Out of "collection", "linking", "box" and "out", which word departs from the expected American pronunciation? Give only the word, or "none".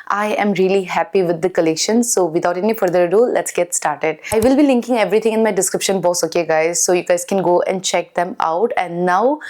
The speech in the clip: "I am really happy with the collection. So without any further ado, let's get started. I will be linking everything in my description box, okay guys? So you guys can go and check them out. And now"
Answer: box